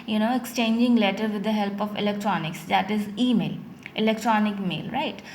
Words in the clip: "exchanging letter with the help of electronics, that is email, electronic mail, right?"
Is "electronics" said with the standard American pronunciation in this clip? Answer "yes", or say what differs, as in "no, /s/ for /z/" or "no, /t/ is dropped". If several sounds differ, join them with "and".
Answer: yes